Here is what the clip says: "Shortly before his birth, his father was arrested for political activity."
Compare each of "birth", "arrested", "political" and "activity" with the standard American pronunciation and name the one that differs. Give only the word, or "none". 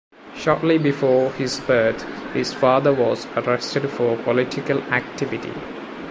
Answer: birth